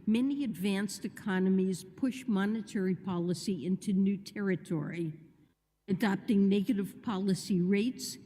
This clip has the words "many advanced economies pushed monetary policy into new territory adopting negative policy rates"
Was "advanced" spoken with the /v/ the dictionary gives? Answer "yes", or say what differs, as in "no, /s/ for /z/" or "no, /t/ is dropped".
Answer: yes